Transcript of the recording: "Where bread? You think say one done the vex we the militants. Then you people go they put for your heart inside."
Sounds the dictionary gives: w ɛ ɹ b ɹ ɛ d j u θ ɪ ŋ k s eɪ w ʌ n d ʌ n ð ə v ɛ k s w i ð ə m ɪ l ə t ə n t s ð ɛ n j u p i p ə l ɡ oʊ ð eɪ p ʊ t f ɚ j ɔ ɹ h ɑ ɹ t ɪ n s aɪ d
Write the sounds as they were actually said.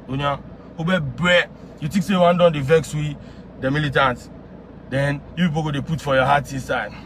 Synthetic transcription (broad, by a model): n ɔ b b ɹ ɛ j u t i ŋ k s eɪ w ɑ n d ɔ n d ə v ɛ k s w i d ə m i l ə t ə n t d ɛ n j u p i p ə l ɡ oʊ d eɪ p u t f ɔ j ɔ h ɑ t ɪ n s aɪ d